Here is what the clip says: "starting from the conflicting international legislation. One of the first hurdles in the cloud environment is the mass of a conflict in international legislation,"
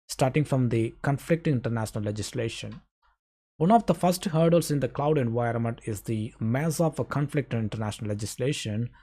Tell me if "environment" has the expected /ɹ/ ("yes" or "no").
yes